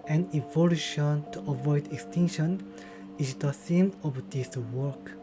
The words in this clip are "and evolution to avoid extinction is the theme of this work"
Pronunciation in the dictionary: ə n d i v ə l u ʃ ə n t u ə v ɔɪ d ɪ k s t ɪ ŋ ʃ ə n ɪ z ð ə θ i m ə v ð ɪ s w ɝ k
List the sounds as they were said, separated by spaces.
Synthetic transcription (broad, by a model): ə n i v ə l u ʃ ə n t u ə v ɔɪ d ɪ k s t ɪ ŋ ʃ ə n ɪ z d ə s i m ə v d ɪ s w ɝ k